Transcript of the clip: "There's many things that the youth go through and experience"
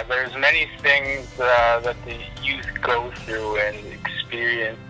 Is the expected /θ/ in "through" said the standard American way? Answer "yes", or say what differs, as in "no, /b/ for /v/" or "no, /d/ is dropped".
yes